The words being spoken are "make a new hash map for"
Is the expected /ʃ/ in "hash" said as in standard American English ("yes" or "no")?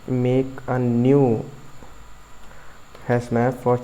no